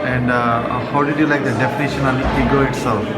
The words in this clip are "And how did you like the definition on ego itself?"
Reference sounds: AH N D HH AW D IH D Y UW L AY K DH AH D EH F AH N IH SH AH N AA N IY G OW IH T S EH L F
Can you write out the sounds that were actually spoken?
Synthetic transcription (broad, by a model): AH N D HH AW D IH D Y UW L AY K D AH D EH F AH N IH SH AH N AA L IY G OW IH T S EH L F